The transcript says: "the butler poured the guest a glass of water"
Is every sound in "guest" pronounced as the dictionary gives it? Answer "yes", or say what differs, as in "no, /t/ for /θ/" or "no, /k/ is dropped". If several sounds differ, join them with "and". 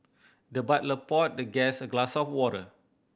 no, /t/ is dropped